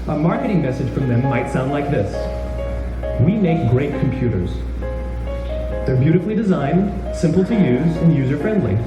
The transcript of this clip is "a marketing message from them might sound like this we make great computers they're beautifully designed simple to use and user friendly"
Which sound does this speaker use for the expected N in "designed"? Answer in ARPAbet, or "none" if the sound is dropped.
N